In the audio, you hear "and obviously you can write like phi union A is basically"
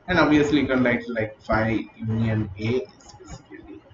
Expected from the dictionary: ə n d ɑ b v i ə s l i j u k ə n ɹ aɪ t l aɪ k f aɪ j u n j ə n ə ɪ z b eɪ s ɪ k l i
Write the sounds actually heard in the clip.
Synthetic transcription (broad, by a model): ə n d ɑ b i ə s l i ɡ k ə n l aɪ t l aɪ k f aɪ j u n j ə n ə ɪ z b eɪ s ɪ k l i